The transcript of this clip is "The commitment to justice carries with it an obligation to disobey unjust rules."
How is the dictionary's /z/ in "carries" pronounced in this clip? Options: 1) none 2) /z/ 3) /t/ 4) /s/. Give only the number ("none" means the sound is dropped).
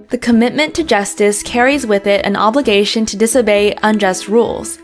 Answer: 2